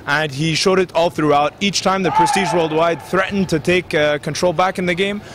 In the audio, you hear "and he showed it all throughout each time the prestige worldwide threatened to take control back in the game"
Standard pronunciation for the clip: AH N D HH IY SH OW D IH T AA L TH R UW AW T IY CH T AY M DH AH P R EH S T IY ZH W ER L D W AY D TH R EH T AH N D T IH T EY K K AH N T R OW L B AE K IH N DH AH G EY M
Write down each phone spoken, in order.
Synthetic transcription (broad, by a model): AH N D IY SH OW D IH T AA L TH R UW AW T IY CH T AY M DH AH P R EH S T IY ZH W ER L D W AY D TH R EH T N T IH T EY K K AH N T R OW L B AE K IH N DH AH G EY M